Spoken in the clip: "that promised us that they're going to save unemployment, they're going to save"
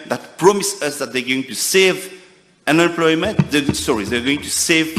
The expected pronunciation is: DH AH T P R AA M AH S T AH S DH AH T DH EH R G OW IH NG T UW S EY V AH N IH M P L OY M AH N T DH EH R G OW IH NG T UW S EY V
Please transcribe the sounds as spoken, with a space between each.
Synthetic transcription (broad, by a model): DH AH T P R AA M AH S AH S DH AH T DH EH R G OW IH NG T UW S EY V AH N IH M P L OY M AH N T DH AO R G OW IH NG T UW S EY V